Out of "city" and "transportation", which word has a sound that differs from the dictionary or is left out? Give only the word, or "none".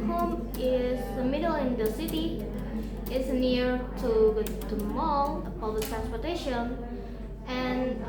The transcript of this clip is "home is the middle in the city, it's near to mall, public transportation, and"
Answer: none